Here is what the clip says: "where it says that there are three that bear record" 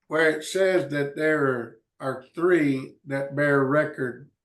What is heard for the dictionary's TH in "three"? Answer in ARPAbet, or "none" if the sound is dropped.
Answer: TH